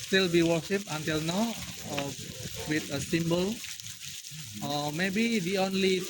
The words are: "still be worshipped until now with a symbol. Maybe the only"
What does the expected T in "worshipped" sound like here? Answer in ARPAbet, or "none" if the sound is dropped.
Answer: none